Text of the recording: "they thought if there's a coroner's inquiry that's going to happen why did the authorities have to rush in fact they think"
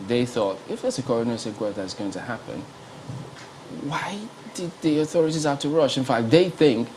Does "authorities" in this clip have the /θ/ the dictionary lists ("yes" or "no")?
yes